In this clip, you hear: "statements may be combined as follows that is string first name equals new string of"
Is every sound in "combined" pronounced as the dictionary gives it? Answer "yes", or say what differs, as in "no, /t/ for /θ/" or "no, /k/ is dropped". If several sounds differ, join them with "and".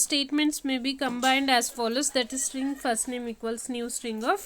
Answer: yes